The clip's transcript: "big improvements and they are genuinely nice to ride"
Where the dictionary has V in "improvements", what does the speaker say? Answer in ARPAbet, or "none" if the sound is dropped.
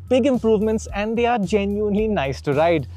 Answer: V